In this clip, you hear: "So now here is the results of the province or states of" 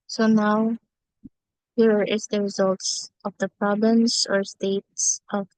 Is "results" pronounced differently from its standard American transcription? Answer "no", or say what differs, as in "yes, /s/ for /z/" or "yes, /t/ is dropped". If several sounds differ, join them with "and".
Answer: no